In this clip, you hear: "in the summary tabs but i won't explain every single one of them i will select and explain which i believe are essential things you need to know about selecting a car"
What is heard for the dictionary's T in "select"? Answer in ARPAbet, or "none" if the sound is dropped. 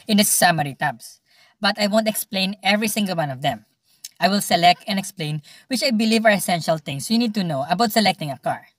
T